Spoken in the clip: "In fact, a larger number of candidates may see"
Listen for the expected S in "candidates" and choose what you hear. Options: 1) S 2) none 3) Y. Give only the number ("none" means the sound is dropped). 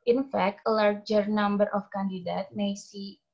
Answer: 2